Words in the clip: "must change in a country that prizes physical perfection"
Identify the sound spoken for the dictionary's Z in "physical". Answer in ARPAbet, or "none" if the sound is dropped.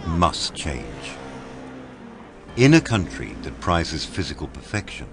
Z